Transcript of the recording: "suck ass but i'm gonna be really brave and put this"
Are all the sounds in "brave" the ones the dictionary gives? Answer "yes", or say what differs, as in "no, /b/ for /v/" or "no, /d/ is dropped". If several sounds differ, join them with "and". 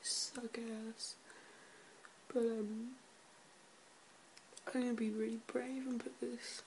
yes